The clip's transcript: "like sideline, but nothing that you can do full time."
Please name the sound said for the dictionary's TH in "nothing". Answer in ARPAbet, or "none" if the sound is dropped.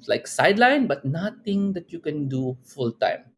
T